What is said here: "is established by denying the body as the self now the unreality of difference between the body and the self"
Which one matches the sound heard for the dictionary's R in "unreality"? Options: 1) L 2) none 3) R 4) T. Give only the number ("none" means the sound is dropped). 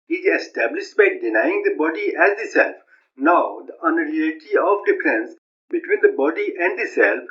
2